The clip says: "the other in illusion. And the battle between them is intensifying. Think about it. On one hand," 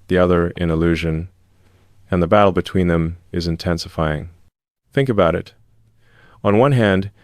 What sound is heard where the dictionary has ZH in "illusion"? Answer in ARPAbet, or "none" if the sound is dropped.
ZH